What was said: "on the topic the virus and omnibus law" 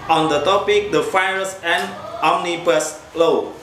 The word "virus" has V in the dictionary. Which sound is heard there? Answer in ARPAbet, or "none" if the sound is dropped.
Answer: F